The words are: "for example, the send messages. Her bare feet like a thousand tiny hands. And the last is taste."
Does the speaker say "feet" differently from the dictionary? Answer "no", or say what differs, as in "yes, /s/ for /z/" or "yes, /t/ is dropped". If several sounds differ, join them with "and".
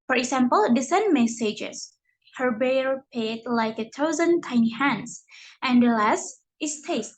yes, /p/ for /f/